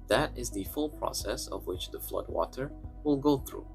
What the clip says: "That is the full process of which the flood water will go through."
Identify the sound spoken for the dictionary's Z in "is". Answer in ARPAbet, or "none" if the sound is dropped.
Z